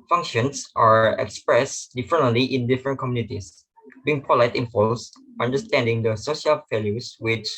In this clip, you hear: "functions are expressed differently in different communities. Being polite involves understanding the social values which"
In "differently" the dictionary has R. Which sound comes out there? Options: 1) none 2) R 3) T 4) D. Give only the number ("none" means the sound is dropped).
1